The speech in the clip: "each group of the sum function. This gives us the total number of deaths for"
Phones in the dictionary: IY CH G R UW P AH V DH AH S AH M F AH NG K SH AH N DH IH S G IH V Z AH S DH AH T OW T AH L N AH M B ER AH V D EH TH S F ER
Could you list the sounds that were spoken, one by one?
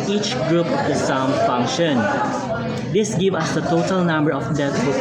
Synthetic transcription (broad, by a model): IY CH G R UW P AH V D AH S AH M F AH NG K SH AH N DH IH S G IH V AH S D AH T OW T AH L N AH M B ER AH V D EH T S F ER